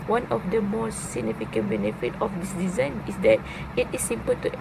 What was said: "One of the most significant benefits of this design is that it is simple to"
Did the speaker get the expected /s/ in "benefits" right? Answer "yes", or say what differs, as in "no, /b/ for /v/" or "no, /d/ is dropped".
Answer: no, /s/ is dropped